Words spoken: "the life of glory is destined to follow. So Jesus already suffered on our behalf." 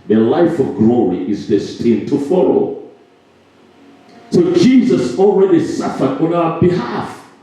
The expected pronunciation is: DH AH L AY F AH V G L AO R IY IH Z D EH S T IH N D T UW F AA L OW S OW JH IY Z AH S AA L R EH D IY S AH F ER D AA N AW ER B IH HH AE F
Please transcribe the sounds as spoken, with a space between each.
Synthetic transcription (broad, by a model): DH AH L AY F AH V G L AO R IY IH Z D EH S T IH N T UW F AA L OW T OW JH IY Z AH S AA L R EH D IY S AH F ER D AA N AW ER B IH HH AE F